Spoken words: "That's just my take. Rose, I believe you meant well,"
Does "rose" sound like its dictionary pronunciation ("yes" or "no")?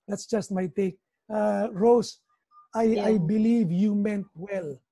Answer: no